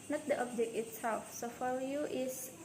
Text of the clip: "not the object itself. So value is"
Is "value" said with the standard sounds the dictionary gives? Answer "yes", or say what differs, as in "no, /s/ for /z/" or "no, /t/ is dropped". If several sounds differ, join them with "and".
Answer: no, /f/ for /v/